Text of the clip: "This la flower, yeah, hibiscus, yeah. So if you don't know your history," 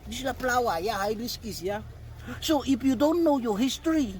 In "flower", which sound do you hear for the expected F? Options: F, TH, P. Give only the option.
P